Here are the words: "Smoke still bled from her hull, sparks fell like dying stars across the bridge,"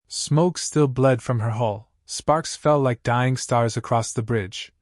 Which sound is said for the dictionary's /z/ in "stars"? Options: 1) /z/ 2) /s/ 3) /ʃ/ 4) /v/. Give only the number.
1